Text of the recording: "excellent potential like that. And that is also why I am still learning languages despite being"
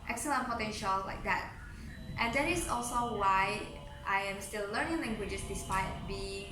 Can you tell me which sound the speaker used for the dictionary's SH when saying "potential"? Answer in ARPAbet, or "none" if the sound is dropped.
SH